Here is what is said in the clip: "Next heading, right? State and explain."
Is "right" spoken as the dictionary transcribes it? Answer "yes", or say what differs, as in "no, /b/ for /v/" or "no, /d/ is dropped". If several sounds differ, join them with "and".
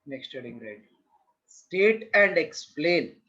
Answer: yes